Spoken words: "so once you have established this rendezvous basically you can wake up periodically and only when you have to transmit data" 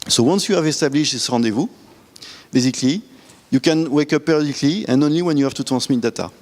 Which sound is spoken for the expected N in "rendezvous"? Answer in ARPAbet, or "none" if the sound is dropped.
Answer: none